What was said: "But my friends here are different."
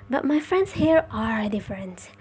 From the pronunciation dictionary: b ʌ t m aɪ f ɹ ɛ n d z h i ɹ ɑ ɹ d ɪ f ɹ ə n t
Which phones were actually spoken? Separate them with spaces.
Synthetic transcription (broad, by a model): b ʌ t m aɪ f ɹ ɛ n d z h i ɹ ɑ ɹ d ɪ f ɹ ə n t